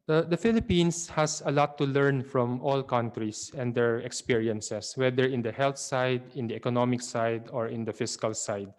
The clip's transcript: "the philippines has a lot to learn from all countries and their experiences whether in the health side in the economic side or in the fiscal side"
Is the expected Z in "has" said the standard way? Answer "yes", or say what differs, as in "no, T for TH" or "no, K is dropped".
no, S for Z